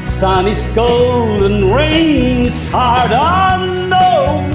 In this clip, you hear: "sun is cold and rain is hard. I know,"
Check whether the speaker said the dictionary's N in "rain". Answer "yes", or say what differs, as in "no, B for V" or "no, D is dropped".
no, N is dropped